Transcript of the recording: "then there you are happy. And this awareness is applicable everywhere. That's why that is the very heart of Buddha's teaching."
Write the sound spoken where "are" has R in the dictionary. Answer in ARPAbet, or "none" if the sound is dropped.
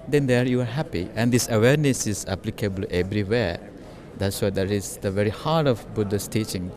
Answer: R